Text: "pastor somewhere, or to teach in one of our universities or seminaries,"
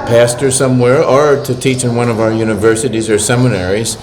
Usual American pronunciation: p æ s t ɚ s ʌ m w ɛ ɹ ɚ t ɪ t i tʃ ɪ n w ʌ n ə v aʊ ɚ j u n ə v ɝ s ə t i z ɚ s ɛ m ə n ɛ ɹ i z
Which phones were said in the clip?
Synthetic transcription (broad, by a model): p æ s t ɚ s ʌ m w ɛ ɹ ɚ t ɪ t i tʃ ɪ n w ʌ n ə v aʊ ɚ j u n ə v ɝ s ə t i z ɚ s ɛ m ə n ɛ ɹ i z